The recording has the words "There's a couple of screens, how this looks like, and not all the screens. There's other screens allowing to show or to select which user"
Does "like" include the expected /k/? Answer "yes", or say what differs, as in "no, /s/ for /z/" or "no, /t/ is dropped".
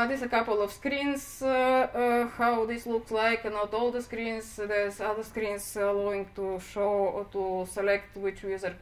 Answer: yes